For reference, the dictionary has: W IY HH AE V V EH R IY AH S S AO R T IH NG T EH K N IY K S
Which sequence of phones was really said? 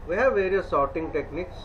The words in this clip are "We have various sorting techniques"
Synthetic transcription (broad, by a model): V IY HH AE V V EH R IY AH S S AO R T IH NG T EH K N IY K S